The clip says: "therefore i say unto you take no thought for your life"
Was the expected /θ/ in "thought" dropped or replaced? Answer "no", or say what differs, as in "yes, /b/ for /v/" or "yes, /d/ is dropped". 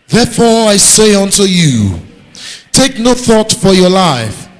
no